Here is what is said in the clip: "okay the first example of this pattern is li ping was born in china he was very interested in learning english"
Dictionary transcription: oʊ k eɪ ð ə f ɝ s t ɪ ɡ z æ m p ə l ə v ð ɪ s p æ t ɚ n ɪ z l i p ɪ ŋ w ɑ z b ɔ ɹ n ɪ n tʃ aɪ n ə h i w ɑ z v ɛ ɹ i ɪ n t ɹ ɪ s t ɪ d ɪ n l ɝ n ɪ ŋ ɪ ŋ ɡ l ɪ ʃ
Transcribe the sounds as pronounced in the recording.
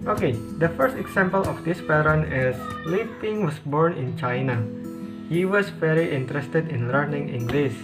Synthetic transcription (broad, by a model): oʊ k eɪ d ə f ɝ s t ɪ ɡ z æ m p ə l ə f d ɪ s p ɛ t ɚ n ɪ s l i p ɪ ŋ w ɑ s b ɔ ɹ n ɪ n tʃ aɪ n ə h i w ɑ s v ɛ ɹ i ɪ n t ɹ ɪ s t ɪ d ɪ n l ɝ n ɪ ŋ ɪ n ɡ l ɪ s